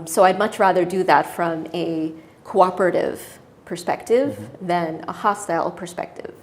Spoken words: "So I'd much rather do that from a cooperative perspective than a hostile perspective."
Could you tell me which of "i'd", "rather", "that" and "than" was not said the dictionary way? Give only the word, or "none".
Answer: none